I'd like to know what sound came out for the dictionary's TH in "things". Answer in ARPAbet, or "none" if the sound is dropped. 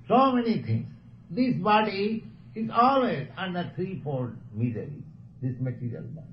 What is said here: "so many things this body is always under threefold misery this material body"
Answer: T